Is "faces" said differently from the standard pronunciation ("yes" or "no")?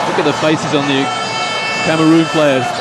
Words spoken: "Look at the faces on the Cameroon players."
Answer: no